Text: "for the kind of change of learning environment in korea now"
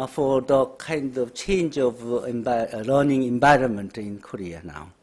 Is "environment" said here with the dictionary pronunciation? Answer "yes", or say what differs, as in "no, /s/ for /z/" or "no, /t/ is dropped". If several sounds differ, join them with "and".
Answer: no, /b/ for /v/